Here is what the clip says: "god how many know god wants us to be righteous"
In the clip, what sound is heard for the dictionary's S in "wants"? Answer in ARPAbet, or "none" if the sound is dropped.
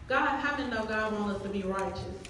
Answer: none